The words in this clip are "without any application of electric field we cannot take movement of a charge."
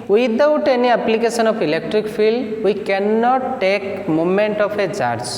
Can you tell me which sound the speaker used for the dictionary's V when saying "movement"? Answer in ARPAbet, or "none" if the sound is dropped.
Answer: none